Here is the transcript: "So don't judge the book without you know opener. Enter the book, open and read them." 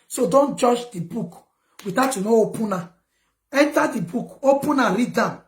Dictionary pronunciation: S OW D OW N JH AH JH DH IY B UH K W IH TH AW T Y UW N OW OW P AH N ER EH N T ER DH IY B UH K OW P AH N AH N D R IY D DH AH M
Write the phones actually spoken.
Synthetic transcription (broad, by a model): S OW D OW N JH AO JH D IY B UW K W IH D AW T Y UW N OW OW P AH N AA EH N T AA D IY B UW K OW P AH N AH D R IY D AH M